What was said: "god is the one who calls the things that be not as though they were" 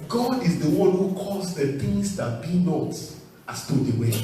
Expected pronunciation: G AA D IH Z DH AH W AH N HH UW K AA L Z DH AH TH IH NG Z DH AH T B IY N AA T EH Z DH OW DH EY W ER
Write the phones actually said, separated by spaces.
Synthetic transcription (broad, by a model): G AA D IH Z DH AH W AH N HH UW K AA Z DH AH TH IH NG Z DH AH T B IY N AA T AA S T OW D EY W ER